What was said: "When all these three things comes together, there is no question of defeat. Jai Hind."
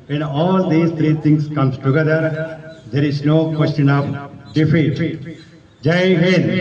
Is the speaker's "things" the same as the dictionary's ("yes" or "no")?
no